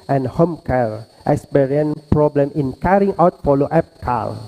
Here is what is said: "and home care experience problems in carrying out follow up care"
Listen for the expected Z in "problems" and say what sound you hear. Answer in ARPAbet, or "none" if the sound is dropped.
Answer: none